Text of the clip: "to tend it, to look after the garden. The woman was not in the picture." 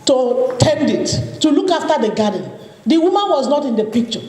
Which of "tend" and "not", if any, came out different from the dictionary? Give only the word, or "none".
none